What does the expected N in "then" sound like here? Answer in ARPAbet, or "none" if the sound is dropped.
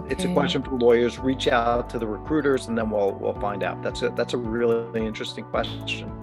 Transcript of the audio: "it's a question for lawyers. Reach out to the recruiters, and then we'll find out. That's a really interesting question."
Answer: L